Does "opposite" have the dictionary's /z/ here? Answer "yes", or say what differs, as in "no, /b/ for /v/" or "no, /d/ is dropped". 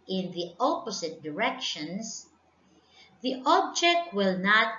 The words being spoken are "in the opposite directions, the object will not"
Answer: no, /s/ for /z/